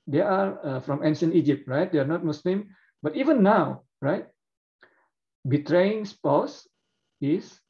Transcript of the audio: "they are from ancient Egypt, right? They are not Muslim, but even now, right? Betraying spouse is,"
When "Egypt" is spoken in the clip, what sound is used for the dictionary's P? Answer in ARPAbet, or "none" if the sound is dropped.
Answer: P